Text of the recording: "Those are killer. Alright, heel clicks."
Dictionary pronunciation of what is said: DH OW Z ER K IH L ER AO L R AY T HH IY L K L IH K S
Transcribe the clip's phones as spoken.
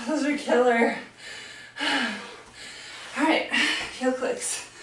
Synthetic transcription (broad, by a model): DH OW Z ER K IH L ER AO R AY T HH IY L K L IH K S